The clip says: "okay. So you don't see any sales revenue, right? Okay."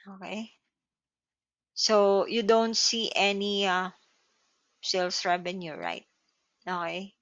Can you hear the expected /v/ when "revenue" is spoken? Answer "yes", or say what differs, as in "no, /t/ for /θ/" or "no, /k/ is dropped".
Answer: no, /b/ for /v/